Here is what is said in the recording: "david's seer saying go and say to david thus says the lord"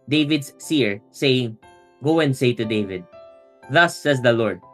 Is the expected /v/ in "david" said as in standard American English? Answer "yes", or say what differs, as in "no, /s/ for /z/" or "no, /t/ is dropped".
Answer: yes